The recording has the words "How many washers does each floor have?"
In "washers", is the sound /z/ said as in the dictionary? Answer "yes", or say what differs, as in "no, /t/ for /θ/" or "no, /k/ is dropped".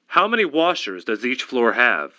yes